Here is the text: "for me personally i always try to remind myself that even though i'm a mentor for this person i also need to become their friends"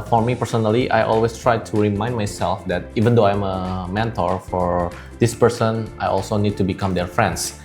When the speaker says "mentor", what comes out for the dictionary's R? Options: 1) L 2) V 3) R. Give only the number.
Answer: 3